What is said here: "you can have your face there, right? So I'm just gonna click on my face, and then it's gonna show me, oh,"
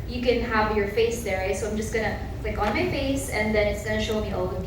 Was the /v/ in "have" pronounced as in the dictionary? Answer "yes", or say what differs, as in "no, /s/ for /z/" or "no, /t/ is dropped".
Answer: yes